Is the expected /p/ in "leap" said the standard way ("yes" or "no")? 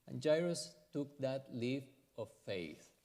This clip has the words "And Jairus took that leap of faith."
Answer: no